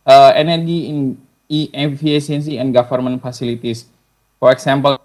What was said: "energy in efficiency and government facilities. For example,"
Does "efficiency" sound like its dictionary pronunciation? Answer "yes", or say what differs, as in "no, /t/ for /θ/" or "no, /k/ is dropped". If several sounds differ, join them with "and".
no, /s/ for /ʃ/